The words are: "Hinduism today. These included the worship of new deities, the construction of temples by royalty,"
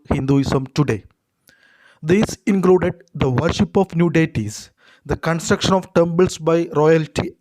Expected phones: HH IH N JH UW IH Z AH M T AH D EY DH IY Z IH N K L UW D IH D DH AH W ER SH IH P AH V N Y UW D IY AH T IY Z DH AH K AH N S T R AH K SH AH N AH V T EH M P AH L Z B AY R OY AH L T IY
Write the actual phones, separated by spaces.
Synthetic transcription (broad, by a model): HH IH N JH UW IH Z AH M T AH D EY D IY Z IH N K L UW D IH D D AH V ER SH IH P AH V N Y UW D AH T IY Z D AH K AH N S T R AH K SH AH N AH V T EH M B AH L S B AY R OY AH L T IY